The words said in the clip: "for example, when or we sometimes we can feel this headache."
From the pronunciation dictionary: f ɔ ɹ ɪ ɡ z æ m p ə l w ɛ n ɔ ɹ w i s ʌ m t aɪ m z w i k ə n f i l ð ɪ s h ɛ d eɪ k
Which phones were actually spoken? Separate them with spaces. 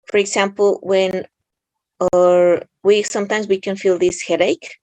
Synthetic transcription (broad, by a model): f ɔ ɹ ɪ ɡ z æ m p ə l w ɛ n ɔ ɹ w i s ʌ m t aɪ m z w i k ə n f i l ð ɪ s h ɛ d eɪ k